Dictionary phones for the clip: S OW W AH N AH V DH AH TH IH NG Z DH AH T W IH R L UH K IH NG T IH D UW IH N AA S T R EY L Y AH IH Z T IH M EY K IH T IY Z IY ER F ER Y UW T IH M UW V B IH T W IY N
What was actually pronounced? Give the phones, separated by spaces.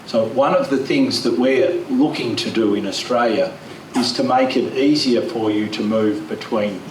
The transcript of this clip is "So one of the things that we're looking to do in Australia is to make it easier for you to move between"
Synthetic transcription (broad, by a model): S OW W AH N AH V DH AH TH IH NG Z DH AH T W IH R L UH K IH NG T IH D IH IH N AA S T R EY L Y AH IH Z T IH M EY K IH T IY Z IY ER F ER Y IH T IH M UW V B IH T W IY N